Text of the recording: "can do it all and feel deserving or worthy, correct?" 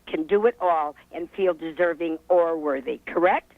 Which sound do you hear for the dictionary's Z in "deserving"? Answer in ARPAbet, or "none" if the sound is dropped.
Z